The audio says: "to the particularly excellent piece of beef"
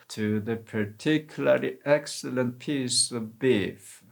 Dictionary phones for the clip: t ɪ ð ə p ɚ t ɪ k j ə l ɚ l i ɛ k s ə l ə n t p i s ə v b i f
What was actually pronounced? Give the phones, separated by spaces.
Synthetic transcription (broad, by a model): t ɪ ð ə p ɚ t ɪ k j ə l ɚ l i ɛ k s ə l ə n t p i s ə v b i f